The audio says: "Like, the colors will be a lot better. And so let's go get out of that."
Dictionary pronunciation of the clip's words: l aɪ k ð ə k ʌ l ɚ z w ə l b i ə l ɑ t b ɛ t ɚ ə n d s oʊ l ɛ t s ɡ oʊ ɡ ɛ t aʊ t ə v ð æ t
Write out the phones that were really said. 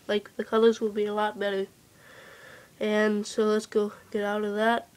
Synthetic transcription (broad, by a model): l aɪ k ð ə k ʌ l ɚ z w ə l b i ə l ɑ t b ɛ t ɚ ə n s oʊ l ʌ t s ɡ oʊ ɡ ɛ t aʊ t ə v ð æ t